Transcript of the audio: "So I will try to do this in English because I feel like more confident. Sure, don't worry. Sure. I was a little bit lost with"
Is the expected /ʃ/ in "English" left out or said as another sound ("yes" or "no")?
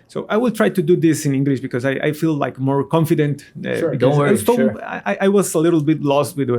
no